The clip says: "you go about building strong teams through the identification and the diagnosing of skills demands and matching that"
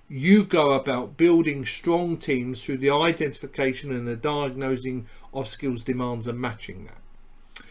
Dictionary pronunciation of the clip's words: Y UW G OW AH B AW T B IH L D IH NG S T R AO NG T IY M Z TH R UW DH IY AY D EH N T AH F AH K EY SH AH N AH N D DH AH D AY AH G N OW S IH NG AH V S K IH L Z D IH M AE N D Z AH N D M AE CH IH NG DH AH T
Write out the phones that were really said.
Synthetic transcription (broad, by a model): Y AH G OW AH B AW T B IH L D IH NG S T R AO NG T IY M Z TH R UW DH IY AY D EH N T AH F AH K EY SH AH N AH N DH AH D AY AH G N OW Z IH NG AH V S K IH L Z D IH M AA N D Z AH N M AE CH IH NG DH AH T